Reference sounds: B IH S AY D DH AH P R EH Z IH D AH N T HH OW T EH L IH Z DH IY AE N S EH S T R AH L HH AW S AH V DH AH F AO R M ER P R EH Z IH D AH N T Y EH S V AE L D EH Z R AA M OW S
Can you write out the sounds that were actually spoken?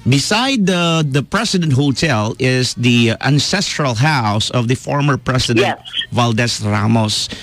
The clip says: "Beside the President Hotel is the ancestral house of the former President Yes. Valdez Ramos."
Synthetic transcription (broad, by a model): B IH S AY D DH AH P R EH S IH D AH N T HH OW T EH L IH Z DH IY AE N S EH S T R AH L HH AW S AH V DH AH F AO R M ER P R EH S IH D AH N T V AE L D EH S R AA M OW S